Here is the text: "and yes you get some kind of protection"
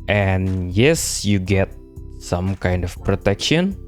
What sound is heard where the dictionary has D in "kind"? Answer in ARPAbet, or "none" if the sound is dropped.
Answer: D